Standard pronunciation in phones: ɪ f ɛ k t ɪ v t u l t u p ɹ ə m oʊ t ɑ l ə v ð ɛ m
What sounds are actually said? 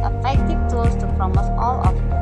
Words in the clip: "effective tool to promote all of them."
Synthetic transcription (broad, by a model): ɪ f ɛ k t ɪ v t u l t u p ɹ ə m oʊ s ɑ l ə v